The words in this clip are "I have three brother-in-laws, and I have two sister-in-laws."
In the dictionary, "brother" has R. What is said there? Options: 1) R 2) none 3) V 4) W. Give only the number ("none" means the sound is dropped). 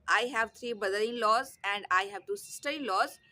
2